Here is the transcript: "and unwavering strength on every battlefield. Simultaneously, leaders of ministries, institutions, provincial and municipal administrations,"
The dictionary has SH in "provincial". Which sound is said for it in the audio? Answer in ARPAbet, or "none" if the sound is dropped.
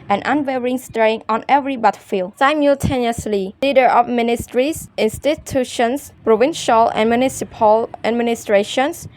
SH